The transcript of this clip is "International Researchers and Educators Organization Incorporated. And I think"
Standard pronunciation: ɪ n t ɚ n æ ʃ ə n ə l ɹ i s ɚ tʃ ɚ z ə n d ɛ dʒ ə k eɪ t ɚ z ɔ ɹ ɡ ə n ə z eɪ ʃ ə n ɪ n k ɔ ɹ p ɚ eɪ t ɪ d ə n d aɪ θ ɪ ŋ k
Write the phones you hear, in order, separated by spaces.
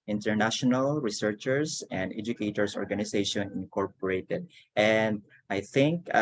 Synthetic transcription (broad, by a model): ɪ n t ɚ n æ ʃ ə n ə l ɹ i s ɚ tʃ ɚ s ə n d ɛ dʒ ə k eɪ t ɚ s ɔ ɹ ɡ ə n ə s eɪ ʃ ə n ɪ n k ɔ ɹ p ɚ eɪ t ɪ d ə n d aɪ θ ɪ ŋ k